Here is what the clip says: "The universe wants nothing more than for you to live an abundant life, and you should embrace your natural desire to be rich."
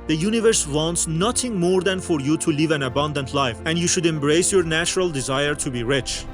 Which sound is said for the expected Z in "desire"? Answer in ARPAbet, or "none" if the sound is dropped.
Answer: Z